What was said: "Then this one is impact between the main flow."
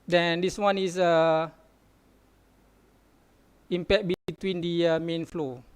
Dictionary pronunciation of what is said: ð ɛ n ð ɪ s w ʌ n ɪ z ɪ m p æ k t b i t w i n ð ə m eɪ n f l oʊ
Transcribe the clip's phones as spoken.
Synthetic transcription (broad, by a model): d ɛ n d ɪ s w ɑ n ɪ s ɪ m p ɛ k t b i t w i n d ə m eɪ n f l oʊ